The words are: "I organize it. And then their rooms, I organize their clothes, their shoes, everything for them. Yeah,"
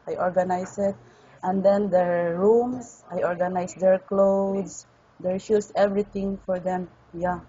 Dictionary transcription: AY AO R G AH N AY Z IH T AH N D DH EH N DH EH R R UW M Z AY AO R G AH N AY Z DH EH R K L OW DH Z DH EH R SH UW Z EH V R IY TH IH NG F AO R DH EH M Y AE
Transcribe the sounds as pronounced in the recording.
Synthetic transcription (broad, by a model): AY AO R G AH N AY S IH T AH N D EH N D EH R R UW M S AY AO R G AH N AY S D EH R K L OW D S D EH R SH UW S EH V R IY T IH NG F AO R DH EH M Y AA